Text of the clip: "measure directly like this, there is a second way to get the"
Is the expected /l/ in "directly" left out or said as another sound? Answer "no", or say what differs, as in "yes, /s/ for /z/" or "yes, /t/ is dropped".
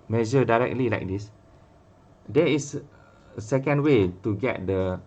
no